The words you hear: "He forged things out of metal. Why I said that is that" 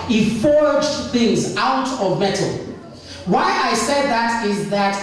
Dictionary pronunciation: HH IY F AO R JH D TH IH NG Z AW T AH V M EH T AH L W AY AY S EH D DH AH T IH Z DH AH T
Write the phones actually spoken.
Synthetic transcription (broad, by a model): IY F AO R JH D TH IH NG Z AW T AH V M EH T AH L W AY AY S EH D DH AH T IH Z DH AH T